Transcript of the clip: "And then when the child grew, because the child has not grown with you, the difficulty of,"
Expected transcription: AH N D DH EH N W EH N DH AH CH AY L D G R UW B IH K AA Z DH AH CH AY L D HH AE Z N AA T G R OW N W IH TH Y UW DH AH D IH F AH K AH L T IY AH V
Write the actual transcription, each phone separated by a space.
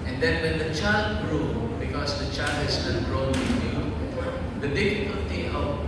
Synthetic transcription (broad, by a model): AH N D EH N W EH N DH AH CH AY L D G R UW B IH K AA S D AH CH AY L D HH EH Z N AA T G R OW N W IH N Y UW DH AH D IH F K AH T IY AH